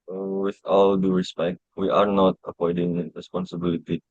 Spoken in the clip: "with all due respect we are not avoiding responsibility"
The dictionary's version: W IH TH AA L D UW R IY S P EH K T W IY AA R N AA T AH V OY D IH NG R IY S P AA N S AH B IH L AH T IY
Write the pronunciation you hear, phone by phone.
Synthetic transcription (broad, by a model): W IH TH AA L D UW R IY S P EH K T W IY AA R N AA T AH P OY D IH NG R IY S P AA N S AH B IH L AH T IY